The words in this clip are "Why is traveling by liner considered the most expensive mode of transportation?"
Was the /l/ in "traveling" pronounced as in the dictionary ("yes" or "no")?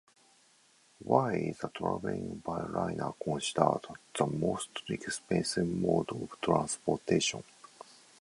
no